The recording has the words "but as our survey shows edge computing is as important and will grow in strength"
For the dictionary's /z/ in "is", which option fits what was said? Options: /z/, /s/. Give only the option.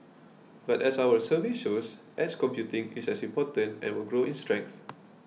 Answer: /s/